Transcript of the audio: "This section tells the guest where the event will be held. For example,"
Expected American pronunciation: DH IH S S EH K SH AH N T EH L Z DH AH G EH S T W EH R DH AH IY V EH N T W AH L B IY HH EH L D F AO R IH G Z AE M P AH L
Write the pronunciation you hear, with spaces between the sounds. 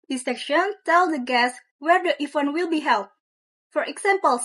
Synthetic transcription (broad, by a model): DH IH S S EH K SH AH N T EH L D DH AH G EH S W EH R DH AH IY F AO N W AH L B IY HH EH L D F AO R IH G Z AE M P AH L